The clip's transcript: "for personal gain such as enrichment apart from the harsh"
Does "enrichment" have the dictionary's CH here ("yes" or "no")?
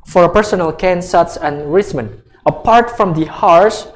no